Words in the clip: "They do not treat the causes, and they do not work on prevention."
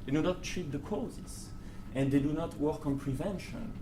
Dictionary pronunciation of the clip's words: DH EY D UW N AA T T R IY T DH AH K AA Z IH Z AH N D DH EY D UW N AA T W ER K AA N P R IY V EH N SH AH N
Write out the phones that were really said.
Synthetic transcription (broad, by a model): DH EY D UW N AA T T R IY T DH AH K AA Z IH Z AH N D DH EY D UW N AA T W ER K AA N P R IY V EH N SH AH N